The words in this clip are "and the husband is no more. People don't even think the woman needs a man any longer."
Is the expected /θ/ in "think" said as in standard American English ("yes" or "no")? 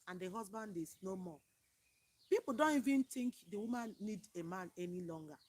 no